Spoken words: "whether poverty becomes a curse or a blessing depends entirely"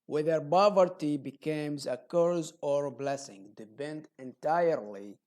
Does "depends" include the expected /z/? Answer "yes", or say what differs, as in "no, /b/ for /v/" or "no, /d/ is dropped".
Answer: no, /z/ is dropped